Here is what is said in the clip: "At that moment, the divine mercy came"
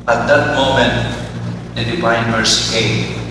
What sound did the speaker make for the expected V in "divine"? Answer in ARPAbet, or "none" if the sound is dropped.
P